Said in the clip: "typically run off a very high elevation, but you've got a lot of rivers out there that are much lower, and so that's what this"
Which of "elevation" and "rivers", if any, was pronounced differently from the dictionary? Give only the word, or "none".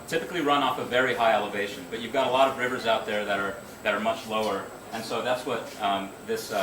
none